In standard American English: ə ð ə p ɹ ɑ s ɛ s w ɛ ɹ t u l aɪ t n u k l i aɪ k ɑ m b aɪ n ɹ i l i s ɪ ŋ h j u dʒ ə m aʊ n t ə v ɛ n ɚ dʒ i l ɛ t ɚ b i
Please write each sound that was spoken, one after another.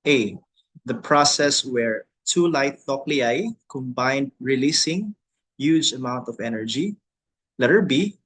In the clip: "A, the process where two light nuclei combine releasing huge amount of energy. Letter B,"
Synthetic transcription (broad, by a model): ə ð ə p ɹ ɑ s ɛ s w ɛ ɹ t u l aɪ t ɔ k l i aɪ k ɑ m b aɪ n ɹ i l i s ɪ ŋ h j u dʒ ə m aʊ n t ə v ɛ n ɚ dʒ i l ɛ t ɚ b i